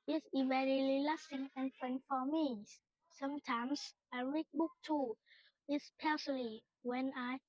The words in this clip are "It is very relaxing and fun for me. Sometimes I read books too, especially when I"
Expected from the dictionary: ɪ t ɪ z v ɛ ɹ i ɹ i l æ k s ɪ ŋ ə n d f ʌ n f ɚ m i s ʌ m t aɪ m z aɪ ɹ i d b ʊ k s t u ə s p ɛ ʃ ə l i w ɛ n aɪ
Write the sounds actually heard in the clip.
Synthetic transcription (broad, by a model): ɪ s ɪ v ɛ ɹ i l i l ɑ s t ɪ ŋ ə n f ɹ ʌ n f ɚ m i s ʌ m t aɪ m s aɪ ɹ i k b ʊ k t u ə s p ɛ s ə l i w ɛ n aɪ